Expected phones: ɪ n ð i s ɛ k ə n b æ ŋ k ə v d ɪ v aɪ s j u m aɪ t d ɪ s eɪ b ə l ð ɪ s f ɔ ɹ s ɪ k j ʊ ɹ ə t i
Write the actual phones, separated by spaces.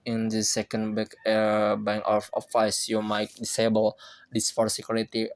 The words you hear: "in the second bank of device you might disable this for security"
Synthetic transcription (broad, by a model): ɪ n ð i s ɛ k ə n b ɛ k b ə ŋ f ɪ f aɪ s j u m aɪ t d ɪ s eɪ b ə l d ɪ s f ɔ ɹ s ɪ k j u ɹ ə t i